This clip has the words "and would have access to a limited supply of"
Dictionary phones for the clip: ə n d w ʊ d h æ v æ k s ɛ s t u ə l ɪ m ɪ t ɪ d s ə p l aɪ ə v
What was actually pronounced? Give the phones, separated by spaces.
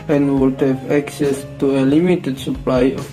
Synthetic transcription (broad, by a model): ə n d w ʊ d h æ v æ k s ɛ s t u ə l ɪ m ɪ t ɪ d s ə p l aɪ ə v